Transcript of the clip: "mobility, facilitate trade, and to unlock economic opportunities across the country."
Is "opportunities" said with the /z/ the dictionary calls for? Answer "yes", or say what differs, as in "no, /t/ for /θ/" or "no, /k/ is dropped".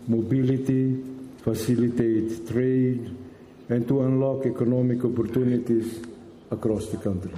no, /s/ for /z/